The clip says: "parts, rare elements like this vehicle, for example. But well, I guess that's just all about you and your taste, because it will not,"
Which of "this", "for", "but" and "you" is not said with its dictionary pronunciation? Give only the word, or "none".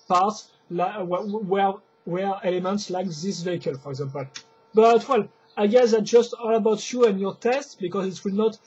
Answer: none